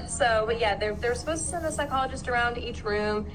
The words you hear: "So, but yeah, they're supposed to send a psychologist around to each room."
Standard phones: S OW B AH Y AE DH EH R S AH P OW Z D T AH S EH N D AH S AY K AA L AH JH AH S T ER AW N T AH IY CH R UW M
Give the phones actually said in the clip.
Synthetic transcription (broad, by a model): S OW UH Y AE DH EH R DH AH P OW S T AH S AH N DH AH S AY K AA L AH JH AH S T ER AW N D IY CH R UW M